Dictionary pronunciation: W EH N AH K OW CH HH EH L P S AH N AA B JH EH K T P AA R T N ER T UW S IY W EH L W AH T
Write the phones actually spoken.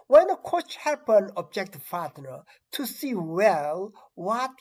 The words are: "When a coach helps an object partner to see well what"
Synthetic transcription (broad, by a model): W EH N AH K OW CH HH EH P AH N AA B JH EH K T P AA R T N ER T UW S IY W EH L W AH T